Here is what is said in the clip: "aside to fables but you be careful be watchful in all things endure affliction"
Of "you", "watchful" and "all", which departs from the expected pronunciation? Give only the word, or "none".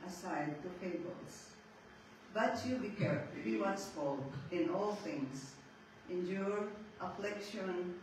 watchful